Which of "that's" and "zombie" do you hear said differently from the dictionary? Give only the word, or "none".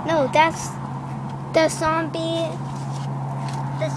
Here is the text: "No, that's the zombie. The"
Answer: zombie